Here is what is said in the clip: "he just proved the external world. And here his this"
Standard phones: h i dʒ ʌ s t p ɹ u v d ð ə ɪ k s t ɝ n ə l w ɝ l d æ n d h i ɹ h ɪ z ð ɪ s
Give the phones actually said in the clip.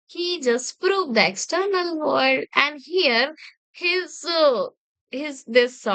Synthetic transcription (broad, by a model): h i dʒ ʌ s t p ɹ u v d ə ɪ k s t ɝ n ə l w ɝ d æ n d h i ɹ h ɪ z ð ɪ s